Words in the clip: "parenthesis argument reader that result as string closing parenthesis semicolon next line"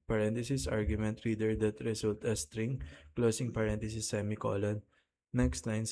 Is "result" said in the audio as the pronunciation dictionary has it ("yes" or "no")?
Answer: no